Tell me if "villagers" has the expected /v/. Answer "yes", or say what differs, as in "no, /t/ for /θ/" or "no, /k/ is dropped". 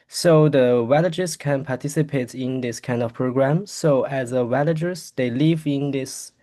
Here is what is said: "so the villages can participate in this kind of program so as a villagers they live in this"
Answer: no, /w/ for /v/